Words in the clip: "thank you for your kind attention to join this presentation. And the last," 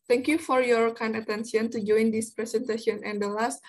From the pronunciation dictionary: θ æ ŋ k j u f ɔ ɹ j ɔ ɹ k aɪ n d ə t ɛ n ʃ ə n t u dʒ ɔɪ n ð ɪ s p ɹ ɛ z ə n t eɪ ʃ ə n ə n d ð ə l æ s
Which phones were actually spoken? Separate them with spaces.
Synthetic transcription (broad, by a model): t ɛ ŋ k j u f ɔ ɹ j ɔ ɹ k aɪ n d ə t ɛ n s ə n t u dʒ ɔɪ n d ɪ s p ɹ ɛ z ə n t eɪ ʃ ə n ə n d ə l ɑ s